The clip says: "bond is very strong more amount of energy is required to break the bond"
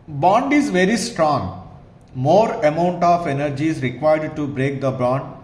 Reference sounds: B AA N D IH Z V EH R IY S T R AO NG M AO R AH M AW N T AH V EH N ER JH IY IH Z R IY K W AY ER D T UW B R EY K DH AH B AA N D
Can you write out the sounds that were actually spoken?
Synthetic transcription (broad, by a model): B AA N D IH Z V EH R IY S T R AO NG M AO R AH M AW N T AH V EH N ER JH IY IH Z R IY K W AY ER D T UW B R EY K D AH B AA N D